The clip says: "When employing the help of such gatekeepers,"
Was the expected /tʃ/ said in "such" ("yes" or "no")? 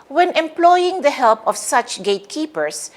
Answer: yes